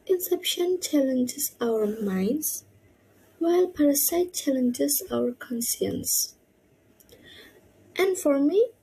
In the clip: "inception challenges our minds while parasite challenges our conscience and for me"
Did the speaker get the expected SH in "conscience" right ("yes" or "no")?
no